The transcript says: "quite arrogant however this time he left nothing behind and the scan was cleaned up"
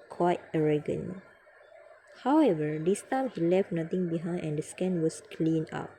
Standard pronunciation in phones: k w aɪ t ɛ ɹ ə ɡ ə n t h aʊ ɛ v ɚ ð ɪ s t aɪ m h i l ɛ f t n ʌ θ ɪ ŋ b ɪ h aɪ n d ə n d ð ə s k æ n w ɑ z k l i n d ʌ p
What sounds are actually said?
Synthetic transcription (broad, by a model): k w aɪ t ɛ ɹ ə ɡ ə n h aʊ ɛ v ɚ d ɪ s t aɪ m h i l ɛ f t n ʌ t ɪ ŋ b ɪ h aɪ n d ə n d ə s k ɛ n w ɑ s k l i n ɑ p